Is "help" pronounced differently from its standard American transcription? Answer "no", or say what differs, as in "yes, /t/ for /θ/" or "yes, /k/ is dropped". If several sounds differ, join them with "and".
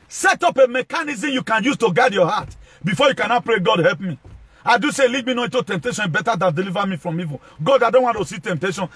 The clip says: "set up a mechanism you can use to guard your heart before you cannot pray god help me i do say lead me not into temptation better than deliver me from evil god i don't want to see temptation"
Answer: no